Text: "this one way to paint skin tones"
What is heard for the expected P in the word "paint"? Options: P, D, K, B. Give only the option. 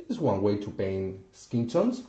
B